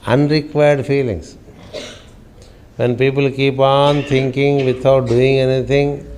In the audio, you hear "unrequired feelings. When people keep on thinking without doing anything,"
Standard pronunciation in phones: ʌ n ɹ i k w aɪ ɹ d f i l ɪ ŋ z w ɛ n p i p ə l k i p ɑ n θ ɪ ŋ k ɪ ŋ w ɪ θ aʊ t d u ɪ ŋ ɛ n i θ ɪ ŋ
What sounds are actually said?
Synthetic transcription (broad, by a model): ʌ n ɹ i k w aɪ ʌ d f i l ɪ ŋ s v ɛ n p i p ə l k i p ɑ n t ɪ ŋ k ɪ ŋ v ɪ t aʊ t d u ɪ ŋ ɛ n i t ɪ ŋ